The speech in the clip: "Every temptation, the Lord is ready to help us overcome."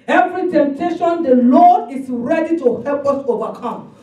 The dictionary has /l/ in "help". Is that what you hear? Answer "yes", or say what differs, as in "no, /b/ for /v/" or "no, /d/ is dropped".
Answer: yes